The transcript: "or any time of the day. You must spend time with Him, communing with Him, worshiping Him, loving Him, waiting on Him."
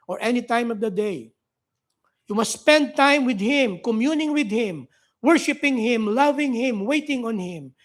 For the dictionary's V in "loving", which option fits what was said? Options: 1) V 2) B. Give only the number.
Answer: 1